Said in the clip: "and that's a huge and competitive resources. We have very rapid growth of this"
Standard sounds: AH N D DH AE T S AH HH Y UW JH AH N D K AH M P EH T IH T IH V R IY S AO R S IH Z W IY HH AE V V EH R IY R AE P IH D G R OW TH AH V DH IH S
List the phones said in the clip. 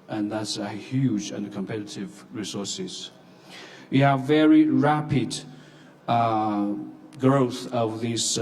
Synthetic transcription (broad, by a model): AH N DH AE T S AH HH Y UW JH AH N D K AH M P EH T IH T IH V R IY S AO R S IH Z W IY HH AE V V EH R IY R AE P IH D G R OW TH AH V DH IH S